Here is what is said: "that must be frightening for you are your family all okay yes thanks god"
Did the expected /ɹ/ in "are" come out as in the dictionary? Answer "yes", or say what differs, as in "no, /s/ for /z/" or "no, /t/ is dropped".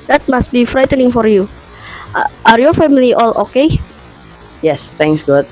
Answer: yes